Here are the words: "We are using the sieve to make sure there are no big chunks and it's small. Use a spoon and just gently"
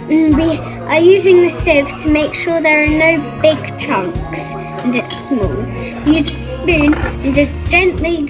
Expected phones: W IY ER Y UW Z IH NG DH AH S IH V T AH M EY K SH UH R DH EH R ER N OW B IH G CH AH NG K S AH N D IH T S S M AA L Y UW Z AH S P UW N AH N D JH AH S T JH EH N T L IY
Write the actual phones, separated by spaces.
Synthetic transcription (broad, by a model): W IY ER Y UW Z IH NG DH AH S IH V T AH M EY K SH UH R DH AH R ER N OW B IH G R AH NG K S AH N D IH T S S M AA L Y UW Z AH S P UW N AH N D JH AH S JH EH N T L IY